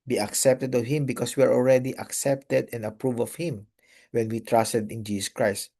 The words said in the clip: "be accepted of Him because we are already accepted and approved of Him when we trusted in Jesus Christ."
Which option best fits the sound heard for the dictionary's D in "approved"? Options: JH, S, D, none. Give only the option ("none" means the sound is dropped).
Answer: none